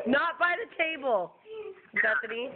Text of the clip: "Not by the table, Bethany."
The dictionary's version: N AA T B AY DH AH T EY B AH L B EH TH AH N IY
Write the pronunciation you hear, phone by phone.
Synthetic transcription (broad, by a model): N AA T B AY DH AH T EY B AH L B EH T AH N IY